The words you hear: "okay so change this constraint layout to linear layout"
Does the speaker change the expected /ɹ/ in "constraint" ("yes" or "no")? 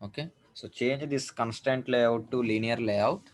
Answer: yes